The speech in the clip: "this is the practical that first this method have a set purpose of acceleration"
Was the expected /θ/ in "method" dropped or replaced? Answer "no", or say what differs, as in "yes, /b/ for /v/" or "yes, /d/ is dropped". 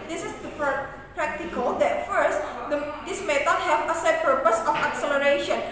yes, /t/ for /θ/